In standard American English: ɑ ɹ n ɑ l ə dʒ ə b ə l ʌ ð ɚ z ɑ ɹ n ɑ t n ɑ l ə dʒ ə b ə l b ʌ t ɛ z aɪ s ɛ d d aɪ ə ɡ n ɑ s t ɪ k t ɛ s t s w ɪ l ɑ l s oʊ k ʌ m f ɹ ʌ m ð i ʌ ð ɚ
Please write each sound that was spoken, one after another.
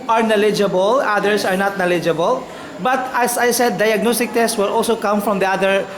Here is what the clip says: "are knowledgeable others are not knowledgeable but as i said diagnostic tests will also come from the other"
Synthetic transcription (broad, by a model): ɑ ɹ n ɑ l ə dʒ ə b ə l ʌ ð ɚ s ɑ ɹ n ɑ t n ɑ l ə dʒ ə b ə l b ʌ t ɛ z aɪ s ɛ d d aɪ ə ɡ n ɑ s t ɪ k t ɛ s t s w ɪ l ɑ l s oʊ k ʌ m f ɹ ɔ m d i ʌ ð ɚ